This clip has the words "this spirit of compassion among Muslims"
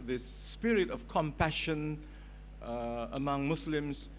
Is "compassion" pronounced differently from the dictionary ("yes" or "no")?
no